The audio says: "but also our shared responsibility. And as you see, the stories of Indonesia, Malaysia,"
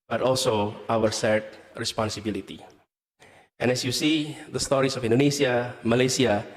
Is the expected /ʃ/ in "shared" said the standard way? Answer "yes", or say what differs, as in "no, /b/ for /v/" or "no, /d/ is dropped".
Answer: no, /s/ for /ʃ/